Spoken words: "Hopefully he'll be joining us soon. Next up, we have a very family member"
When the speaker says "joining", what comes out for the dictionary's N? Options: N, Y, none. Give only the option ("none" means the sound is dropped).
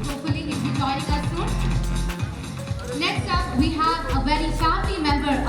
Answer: none